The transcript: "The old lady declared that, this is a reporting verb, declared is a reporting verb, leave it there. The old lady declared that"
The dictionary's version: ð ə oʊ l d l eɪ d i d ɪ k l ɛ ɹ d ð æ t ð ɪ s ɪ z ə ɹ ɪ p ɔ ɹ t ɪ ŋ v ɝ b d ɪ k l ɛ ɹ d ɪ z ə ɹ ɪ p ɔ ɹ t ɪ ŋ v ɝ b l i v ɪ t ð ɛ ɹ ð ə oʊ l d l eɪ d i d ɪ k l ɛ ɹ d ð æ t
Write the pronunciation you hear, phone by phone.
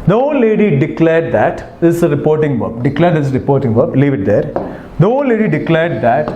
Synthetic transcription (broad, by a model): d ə oʊ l l eɪ d i d ɪ k l ɛ ɹ d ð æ t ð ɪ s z ə ɹ ɪ p ɔ ɹ t ɪ ŋ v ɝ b d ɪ k l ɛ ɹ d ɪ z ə ɹ ɪ p ɔ ɹ t ɪ ŋ v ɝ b l i v ɪ t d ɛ ɹ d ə oʊ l l eɪ d i d ɪ k l ɛ ɹ d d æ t